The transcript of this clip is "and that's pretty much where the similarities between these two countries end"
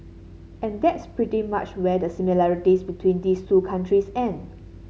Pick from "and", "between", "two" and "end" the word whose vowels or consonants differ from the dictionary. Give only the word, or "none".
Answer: end